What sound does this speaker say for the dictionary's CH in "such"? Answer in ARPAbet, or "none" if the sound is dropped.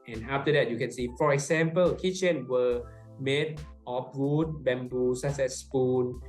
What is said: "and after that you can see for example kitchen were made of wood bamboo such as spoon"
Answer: S